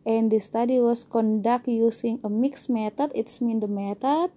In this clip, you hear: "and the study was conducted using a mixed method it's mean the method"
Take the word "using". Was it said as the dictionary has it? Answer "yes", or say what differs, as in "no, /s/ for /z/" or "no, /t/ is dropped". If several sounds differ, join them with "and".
no, /s/ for /z/